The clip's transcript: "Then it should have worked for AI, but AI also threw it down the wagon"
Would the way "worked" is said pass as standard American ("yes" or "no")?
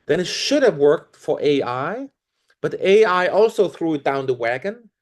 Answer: yes